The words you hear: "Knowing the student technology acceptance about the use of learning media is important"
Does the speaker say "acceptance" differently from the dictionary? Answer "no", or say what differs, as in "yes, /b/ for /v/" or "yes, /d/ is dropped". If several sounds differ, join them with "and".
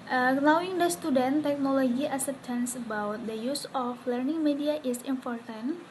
yes, /k/ is dropped and /p/ is dropped